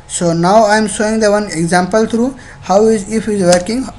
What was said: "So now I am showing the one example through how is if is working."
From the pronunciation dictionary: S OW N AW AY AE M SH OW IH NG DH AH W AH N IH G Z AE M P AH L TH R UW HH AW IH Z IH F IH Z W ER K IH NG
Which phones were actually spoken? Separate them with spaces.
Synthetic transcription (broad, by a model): S OW N AW AY M S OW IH NG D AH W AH N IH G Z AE M P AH L T R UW HH AW IH Z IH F IH Z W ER K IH NG